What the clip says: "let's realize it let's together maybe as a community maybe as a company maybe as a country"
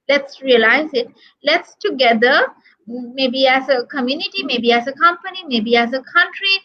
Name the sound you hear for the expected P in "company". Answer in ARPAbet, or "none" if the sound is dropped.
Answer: P